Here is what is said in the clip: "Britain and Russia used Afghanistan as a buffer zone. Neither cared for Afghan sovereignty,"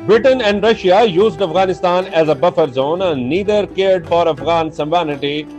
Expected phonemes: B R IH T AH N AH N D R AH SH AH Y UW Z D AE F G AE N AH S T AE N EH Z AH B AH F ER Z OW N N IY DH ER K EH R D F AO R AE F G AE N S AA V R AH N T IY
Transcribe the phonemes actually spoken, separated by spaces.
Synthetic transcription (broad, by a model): B R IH T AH N AH N D R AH SH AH Y UW Z D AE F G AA N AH S T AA N EH Z AH B AH F ER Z OW N N IY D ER K EH R D F AO R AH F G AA N S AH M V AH N T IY